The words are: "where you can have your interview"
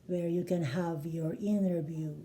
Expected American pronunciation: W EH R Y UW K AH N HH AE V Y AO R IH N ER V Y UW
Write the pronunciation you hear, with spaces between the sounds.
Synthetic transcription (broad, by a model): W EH R Y UW K AH N HH AE V Y AO R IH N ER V Y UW